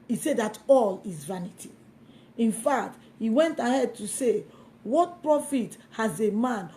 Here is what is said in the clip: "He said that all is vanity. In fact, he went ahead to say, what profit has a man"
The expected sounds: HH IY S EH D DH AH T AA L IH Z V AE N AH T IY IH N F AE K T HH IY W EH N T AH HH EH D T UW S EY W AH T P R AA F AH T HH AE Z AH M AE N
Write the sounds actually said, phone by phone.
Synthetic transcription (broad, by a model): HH IY S EH D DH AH T AA L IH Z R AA N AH T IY IH N F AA K T HH IY W EH N T AH HH EH D T UW S EY W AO T P R AA F AH T HH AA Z AH M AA N